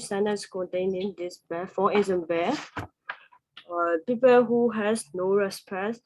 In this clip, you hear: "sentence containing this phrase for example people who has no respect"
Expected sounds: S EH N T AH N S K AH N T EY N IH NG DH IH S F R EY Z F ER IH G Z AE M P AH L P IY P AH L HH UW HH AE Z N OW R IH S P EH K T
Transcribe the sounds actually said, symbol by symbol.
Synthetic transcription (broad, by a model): S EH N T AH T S K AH N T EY N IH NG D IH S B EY F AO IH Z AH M B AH P IY P AH L HH UW HH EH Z N OW R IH S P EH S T